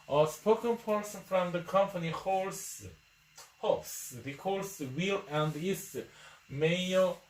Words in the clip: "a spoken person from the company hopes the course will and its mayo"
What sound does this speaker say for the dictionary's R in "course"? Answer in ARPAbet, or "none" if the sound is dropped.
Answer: L